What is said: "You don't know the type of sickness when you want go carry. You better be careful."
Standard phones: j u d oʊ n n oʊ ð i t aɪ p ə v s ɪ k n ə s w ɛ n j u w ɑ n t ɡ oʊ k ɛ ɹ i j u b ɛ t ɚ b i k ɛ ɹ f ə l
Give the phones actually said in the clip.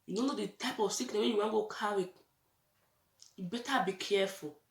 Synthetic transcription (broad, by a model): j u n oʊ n n oʊ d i t aɪ p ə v s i k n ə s w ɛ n j u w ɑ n ɡ oʊ k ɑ w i j u b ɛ t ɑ b i k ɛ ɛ f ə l